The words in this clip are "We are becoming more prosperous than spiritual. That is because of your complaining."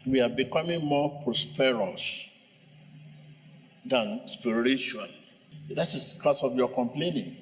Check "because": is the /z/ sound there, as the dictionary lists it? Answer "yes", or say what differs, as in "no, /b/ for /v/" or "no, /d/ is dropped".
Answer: no, /s/ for /z/